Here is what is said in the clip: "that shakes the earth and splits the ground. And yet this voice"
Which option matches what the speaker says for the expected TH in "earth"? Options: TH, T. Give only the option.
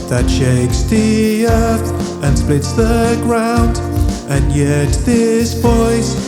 TH